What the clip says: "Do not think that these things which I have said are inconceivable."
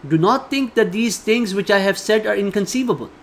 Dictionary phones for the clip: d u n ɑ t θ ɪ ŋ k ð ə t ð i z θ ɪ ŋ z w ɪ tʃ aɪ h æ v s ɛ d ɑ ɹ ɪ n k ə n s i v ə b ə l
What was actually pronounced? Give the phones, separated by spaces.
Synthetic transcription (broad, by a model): d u n ɑ t t ɪ ŋ k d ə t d i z t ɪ ŋ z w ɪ tʃ aɪ h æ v s ɛ d ɑ ɹ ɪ n k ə n s i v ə b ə l